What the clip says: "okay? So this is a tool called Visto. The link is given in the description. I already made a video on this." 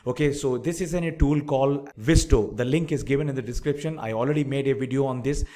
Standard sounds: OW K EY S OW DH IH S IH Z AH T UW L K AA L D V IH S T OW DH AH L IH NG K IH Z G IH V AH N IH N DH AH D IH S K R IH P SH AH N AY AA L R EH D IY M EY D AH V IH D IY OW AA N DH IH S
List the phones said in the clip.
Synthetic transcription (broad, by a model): OW K EY S OW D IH S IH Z AH T UW L K AA L D V IH S T OW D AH L IH NG K IH Z G IH V AH N IH N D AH D IH S K R IH P SH AH N AY AA L R EH D IY M EY D AH V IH D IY OW AA N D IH S